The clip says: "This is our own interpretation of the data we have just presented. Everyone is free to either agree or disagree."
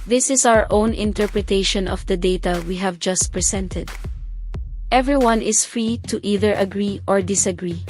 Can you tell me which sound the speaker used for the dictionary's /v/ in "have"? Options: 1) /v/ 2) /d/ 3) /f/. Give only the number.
1